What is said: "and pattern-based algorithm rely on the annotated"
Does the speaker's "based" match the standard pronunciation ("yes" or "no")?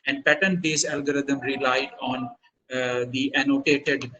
no